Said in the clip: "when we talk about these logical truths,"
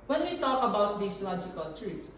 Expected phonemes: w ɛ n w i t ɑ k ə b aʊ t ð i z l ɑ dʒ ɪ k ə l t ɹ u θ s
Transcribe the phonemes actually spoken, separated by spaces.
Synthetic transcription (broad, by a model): w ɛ n w i t ɑ k ə b aʊ t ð i s l ɑ dʒ ɪ k ə l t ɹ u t s